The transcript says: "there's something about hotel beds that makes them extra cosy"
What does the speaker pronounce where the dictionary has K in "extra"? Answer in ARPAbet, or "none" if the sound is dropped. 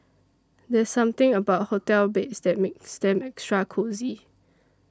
K